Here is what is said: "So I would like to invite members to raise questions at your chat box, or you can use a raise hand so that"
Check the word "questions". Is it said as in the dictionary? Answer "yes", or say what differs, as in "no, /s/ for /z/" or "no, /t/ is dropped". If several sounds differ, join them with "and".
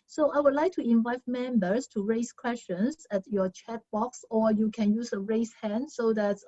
no, /s/ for /z/